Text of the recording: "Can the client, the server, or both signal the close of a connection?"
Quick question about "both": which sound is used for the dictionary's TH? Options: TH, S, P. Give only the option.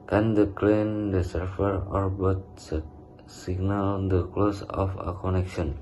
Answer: S